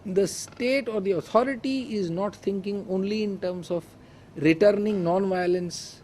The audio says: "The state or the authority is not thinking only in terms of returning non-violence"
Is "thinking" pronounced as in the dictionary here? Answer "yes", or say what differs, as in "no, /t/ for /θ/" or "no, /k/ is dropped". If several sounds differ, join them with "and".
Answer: no, /t/ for /θ/